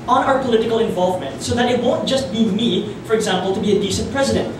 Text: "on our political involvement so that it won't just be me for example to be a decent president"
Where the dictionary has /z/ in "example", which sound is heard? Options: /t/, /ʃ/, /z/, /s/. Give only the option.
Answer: /z/